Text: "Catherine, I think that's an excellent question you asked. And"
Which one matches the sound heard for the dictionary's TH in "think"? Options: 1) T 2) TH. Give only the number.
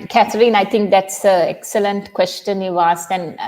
1